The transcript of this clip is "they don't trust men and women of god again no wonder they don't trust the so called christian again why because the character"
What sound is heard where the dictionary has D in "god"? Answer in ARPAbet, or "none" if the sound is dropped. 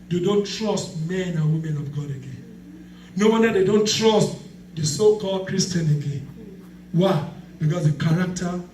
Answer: D